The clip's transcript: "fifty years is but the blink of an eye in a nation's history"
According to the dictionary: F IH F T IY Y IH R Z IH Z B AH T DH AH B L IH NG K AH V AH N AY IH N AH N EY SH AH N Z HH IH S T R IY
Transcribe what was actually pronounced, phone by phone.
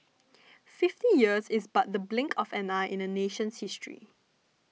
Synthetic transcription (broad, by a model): F IH F T IY Y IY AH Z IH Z B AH T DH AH B L IH NG K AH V AH N AY IH N AH N EY SH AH N S HH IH S T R IY